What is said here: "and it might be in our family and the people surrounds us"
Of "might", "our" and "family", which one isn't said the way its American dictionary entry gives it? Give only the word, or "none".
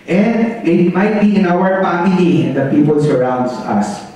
family